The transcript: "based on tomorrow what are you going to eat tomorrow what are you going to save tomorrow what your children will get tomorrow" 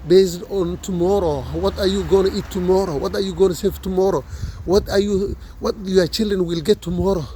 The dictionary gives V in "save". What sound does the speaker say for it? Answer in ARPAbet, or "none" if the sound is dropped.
F